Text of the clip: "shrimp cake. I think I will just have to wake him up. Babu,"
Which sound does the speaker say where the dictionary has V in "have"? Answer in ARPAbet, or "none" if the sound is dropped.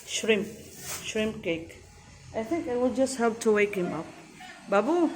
P